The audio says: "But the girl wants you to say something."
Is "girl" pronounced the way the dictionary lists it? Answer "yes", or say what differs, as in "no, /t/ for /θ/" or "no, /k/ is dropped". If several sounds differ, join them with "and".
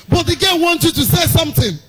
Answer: no, /n/ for /l/